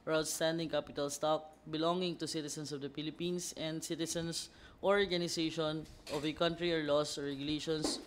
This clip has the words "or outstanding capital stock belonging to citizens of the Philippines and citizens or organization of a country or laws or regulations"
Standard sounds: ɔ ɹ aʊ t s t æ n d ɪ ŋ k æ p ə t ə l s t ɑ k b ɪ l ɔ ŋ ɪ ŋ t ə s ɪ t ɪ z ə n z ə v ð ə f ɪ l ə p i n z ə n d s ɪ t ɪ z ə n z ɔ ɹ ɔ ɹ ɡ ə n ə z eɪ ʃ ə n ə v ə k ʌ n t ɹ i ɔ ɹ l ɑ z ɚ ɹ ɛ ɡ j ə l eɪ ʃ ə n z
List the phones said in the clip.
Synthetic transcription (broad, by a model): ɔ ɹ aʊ t s t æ n d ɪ ŋ k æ p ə t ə l s t ɑ k b ɪ l ɔ ŋ ɪ ŋ t ə s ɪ t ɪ s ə n s ə v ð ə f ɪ l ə p i n s ə n d s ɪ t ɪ s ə n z ɔ ɹ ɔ ɹ ɡ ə n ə s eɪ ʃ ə n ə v ə k ʌ n t ɹ i ɔ ɹ l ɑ s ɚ ɹ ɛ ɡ j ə l eɪ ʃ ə n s